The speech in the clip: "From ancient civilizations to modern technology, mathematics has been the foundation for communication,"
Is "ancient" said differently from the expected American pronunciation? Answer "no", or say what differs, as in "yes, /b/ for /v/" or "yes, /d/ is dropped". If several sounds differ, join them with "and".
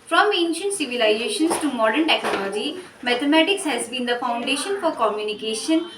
no